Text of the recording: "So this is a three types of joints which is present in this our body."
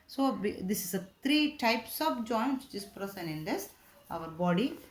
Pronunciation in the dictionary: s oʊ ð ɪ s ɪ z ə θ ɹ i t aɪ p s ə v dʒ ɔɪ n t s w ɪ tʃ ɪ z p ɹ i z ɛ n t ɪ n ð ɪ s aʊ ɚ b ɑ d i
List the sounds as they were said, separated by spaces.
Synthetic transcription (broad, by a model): s oʊ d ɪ s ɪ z ə t ɹ i t aɪ p s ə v dʒ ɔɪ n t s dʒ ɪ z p ɹ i s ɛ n ɪ n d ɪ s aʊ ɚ b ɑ d i